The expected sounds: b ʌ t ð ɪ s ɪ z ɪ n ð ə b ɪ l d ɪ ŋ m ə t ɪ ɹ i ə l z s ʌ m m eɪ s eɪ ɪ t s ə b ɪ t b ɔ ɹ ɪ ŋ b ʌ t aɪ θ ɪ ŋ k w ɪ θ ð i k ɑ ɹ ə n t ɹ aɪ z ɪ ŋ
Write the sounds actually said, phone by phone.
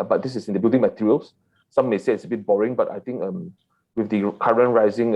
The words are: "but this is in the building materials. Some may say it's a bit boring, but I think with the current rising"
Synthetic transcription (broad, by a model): b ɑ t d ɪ s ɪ s ɪ n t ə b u d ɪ ŋ m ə t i ɹ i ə l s s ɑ m m eɪ s eɪ ɪ t s ə b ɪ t b ɔ ɹ ɪ ŋ b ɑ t aɪ t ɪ ŋ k w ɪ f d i k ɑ ɹ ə n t ɹ aɪ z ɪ ŋ